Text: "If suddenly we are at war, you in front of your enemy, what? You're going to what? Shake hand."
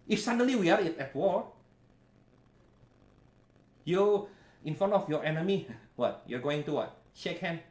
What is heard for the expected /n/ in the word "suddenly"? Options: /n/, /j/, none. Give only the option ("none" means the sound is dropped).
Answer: none